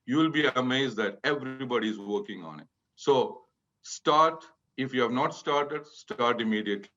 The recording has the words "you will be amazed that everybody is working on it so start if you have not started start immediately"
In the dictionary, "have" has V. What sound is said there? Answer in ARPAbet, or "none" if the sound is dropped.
V